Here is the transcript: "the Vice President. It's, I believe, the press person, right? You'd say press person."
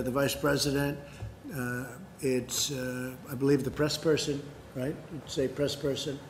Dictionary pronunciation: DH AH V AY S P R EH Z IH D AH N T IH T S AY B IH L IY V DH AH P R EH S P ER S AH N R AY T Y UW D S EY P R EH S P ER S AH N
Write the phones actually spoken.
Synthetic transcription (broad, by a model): DH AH V AY S P R EH Z IH D AH N T IH T S AY B IH L IY V DH AH P R EH S P ER S AH N R AY T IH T S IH P R EH S P ER S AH N